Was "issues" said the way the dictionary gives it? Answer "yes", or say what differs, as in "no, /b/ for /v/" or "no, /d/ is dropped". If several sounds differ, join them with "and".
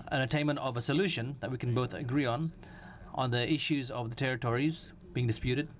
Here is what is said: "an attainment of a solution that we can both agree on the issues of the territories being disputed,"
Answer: yes